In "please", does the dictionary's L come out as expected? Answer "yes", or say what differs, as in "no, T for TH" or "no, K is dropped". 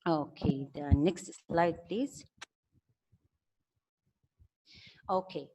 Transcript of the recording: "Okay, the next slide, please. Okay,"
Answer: yes